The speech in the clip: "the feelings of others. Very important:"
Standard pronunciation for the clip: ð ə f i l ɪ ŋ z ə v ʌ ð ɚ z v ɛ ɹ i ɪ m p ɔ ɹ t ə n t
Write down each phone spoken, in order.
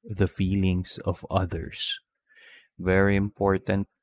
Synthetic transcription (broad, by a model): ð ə f i l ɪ ŋ s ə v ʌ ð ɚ s v ɛ ɹ i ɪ m p ɔ ɹ t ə n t